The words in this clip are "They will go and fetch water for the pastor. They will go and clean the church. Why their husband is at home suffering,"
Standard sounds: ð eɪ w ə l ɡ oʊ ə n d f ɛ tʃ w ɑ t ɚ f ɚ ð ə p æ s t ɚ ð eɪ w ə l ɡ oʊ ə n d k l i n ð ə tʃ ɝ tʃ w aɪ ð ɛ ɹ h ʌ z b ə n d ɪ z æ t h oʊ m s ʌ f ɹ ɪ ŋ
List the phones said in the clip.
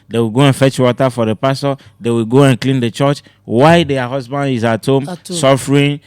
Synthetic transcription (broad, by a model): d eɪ w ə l ɡ oʊ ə n f ɛ tʃ w ɑ t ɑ f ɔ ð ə p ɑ s t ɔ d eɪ w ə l ɡ oʊ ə n k l i n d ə tʃ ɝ tʃ w aɪ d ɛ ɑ h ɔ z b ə n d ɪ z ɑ t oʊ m s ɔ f ɹ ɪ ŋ